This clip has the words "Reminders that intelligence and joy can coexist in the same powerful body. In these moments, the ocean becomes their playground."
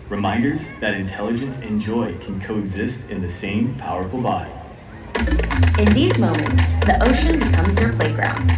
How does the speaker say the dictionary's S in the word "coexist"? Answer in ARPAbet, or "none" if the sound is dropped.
S